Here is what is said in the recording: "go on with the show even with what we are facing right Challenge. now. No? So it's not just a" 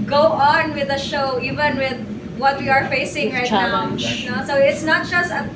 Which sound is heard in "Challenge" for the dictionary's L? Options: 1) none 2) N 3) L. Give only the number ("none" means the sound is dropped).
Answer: 1